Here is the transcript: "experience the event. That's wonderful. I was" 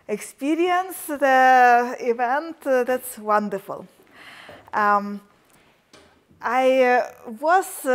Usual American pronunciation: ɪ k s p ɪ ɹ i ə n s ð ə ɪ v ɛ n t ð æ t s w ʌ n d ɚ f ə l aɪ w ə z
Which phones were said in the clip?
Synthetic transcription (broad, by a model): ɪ k s p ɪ ɹ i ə n s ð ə ɪ v ɛ n t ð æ t s w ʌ n d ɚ f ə l aɪ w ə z